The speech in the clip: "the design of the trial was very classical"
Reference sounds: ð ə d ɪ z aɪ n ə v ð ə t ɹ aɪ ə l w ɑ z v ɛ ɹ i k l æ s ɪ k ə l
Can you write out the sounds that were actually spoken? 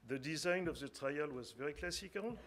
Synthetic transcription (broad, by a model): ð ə d ɪ z aɪ n ə v ð ə t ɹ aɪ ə l w ɑ z v ɛ ɹ i k l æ s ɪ k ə l